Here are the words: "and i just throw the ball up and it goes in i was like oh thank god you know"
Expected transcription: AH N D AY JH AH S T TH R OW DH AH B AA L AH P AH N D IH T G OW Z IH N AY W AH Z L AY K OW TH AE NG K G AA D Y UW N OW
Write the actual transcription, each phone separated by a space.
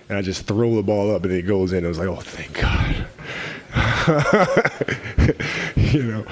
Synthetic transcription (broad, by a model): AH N AY JH AH S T TH R OW DH AH B AA L AH P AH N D IH T G OW Z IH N AY W AH Z L AY K OW TH AE NG K G AA D Y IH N OW